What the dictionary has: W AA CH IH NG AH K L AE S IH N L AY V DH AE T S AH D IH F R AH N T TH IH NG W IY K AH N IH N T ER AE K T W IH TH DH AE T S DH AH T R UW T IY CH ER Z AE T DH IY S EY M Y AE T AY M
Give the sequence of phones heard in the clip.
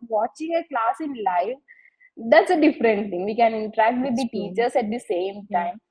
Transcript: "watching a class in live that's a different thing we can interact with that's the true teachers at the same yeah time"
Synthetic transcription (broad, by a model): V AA CH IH NG AH K L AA S IH N L AY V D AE T S AH D IH F R AH N T T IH NG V IY K AH N IH N T ER AE K T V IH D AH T T IY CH ER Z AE T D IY S EY M T AY M